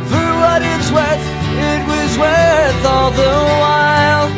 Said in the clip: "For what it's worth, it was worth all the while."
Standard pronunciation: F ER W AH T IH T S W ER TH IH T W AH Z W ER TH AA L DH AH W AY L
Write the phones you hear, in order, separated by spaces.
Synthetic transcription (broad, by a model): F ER W AH T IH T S W ER TH IH T W AH Z W ER TH AA L DH AH W AY L